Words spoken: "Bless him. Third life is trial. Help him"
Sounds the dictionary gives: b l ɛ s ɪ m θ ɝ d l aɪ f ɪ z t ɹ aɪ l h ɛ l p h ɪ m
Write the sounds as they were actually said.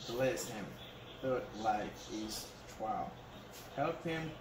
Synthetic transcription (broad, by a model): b l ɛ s ɪ m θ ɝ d l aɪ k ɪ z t w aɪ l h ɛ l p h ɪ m